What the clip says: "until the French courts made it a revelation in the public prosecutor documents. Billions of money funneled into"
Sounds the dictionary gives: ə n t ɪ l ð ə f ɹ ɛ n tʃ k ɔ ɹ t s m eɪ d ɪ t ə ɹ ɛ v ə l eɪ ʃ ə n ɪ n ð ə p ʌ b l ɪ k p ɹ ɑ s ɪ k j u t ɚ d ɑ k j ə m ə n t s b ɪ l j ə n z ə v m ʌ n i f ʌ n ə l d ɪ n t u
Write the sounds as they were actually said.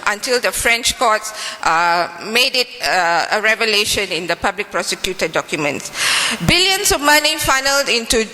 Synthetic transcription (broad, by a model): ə n t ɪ l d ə f ɹ ɛ n tʃ k ɔ t s m eɪ d ɪ t ə ɹ ɛ v ə l eɪ ʃ ə n ɪ n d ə p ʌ b l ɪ k p ɹ ɑ s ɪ k j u t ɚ d ɑ k j ə m ə n t s b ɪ l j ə n s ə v m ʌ n i f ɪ n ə l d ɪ n t u